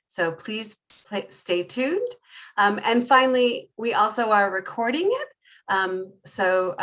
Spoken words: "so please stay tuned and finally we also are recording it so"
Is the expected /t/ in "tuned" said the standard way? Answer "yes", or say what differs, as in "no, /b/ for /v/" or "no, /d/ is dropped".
yes